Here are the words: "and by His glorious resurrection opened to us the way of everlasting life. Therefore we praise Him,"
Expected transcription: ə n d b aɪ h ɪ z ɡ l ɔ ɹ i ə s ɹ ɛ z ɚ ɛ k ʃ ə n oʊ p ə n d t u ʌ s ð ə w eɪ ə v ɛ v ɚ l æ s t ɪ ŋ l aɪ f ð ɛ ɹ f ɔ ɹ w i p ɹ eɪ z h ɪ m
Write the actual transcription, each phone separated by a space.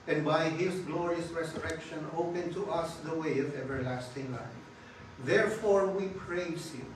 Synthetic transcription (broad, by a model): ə n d b aɪ h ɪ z ɡ l ɔ ɹ i ə s ɹ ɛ s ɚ ɛ k ʃ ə n oʊ p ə n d t u ʌ s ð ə w eɪ ə v ɛ v ɚ l æ s t ɪ ŋ l aɪ f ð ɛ ɹ f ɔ ɹ w i p ɹ eɪ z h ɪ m